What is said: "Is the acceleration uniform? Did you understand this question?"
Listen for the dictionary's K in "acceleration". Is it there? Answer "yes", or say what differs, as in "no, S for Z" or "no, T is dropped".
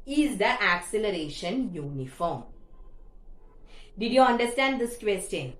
yes